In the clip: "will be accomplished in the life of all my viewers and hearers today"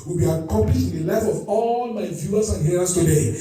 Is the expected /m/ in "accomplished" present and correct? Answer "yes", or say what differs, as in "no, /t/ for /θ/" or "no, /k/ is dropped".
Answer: no, /m/ is dropped